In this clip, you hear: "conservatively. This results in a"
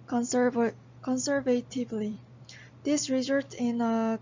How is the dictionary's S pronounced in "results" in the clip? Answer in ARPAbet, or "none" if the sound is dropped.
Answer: none